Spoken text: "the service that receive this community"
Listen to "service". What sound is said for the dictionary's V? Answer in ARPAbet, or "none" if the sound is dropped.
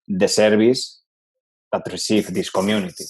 B